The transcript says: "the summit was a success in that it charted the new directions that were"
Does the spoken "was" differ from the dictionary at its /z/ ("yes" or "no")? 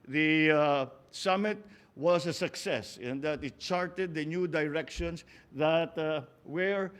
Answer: yes